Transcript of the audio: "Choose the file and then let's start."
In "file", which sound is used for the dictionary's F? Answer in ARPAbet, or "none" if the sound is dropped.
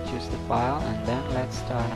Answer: F